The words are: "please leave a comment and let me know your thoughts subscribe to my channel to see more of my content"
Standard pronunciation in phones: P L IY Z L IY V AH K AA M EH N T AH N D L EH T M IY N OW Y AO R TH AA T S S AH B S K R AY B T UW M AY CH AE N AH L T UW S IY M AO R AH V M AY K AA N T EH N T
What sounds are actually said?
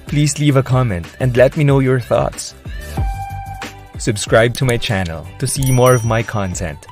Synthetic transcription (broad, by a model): P L IY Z L IY V AH K AA M EH N T AH N D L EH T M IY N OW Y AO R TH AA T S S AH B S K R AY B T UW M AY CH AE N AH L T UW S IY M AO R AH V M AY K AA N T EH N T